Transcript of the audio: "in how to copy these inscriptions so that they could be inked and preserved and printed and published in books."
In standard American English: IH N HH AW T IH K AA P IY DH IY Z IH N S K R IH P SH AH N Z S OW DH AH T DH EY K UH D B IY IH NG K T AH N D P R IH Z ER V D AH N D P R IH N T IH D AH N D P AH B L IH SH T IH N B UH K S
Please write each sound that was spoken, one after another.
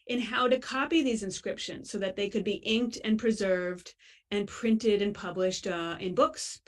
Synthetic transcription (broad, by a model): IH N HH AW T IH K AA P IY DH IY Z IH N S K R IH P SH AH N Z S OW DH AH T DH EY K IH D B IY IH NG K T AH N P R IH Z ER V D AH N P R IH N T IH D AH N P AH B L IH SH T IH N B UH K S